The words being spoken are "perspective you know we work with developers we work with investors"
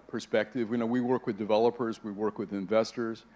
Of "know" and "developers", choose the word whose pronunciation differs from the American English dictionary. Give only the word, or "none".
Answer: none